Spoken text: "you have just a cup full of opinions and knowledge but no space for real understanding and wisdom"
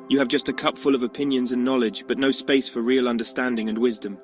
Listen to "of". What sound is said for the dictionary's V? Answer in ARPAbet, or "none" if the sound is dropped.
V